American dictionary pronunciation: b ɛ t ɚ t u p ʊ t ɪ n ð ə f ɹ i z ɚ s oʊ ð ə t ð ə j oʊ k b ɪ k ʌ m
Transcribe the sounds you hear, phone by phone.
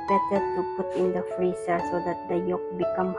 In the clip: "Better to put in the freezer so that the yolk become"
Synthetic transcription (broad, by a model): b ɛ t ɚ t u p ʊ t ɪ n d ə f ɹ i s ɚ s oʊ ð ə t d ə j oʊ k b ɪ k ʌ m